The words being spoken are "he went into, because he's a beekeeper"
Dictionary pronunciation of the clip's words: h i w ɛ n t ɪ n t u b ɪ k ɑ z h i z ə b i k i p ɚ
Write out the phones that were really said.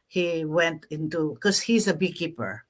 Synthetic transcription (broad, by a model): h i w ɛ n t ɪ n t u k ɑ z h i z ə b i k i p ɚ